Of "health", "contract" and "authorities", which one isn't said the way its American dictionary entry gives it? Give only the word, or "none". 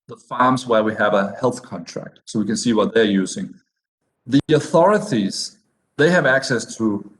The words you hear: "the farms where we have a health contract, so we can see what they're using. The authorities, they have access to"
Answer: none